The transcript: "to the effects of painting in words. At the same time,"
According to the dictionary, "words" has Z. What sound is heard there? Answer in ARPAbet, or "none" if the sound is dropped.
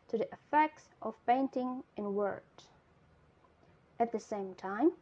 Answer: none